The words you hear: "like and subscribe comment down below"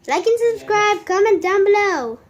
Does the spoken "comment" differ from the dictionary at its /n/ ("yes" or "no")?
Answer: no